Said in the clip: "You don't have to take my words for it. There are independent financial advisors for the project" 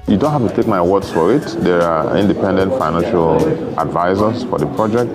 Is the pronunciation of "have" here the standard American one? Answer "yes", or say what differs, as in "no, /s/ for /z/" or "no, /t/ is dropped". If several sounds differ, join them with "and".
no, /f/ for /v/